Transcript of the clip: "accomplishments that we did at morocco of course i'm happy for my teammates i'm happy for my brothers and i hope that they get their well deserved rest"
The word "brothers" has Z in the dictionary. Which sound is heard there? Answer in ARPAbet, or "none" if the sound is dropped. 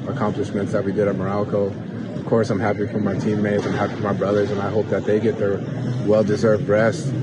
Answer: Z